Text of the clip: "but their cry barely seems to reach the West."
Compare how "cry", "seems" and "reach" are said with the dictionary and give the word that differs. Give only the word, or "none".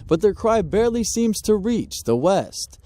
none